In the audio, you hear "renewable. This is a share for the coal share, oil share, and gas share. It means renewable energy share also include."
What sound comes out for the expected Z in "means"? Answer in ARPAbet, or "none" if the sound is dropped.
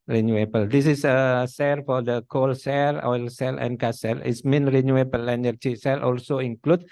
none